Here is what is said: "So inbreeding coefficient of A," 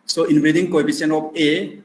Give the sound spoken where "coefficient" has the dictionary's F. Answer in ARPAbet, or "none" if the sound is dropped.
P